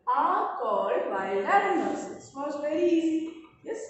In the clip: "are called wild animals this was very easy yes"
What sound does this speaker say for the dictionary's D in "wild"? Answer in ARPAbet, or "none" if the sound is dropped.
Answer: none